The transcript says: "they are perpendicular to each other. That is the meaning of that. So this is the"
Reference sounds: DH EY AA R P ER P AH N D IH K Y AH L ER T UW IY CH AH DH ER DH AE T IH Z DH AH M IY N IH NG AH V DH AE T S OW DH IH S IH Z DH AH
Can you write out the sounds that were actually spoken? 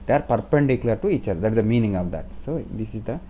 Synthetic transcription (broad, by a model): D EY AA R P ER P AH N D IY K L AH ER T UW IY CH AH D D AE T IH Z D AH M IY N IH NG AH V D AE T S OW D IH S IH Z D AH